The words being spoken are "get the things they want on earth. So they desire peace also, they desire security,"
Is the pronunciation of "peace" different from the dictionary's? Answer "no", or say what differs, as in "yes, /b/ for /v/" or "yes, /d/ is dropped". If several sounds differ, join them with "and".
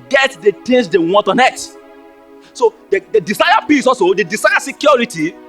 yes, /b/ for /p/